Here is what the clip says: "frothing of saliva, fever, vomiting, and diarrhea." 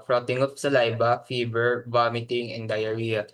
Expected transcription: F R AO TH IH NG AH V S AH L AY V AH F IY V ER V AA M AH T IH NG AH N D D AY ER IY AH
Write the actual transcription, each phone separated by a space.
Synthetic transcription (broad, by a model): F R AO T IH NG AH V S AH L AY B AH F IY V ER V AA M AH T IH NG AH N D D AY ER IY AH